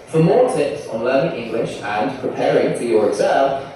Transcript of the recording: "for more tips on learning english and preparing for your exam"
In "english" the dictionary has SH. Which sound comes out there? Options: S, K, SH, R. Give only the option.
SH